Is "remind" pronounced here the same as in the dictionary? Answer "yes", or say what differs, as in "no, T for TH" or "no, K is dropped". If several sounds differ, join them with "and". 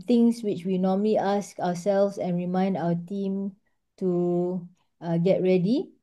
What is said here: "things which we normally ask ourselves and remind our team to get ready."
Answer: yes